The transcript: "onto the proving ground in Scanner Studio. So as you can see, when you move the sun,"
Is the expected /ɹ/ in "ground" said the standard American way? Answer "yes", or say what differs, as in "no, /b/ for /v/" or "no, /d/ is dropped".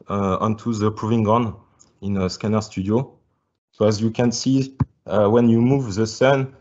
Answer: no, /ɹ/ is dropped